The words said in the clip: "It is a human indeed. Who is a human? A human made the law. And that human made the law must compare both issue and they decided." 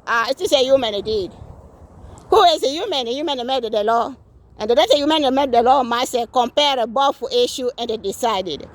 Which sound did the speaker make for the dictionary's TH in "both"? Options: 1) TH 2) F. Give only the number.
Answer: 2